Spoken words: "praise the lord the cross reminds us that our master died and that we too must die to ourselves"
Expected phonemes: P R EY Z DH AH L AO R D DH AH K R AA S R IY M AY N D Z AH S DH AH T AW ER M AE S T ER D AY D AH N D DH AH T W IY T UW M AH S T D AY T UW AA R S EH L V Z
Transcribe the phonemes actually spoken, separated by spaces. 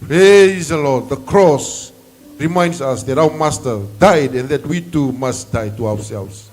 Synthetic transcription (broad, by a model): P R EY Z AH L AO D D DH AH K R AA S R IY M AY N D S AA S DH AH T AW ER M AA S T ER D AY D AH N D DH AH T W IY T UW M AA S T D AY T UW AA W S EH L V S